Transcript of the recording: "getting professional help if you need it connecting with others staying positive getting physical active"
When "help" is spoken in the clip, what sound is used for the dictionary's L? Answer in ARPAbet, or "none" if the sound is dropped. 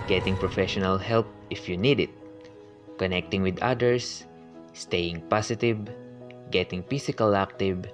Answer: L